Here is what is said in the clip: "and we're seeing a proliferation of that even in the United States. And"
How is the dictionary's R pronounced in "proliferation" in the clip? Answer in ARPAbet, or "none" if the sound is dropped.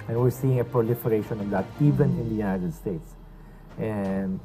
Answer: R